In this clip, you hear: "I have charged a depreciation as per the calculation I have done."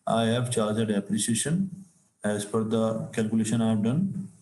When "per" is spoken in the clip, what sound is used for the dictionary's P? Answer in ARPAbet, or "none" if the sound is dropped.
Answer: F